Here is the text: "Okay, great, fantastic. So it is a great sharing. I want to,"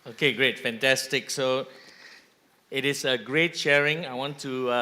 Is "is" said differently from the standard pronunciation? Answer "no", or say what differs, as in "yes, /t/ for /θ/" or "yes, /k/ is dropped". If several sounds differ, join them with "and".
yes, /s/ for /z/